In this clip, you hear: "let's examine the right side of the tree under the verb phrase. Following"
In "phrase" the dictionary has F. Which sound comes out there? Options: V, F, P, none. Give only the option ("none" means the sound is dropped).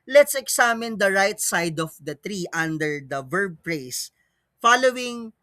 P